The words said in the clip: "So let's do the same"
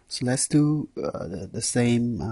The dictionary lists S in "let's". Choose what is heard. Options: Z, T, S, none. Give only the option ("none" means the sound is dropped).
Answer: S